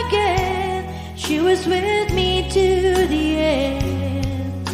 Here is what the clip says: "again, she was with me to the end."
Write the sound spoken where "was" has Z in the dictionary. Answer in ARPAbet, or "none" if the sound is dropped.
Z